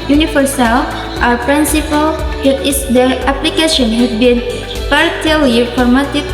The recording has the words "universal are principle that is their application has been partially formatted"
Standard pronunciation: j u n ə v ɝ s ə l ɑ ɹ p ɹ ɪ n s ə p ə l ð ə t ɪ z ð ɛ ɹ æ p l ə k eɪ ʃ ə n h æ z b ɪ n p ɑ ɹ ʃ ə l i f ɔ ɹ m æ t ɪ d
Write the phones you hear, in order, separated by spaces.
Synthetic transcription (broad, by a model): j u n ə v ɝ s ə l ɑ ɹ p ɹ ɪ n s ə p ə l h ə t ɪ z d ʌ æ p l ə k eɪ ʃ ə n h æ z b ɪ n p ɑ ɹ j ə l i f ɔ ɹ m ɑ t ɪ